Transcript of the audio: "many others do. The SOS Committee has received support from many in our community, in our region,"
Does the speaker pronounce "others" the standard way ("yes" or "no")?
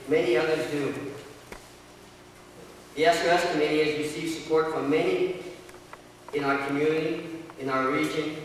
yes